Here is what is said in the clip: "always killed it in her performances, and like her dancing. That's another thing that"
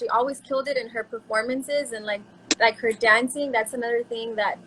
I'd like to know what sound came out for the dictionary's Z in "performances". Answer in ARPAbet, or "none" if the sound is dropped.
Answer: Z